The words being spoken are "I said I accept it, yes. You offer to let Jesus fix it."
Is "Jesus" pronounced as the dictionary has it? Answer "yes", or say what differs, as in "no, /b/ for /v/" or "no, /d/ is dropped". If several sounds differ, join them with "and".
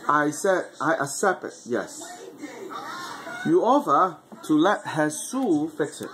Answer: no, /s/ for /z/ and /s/ is dropped